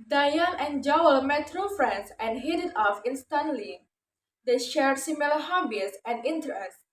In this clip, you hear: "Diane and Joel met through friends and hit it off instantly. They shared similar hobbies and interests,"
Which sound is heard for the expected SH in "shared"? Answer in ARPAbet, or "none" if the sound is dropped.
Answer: SH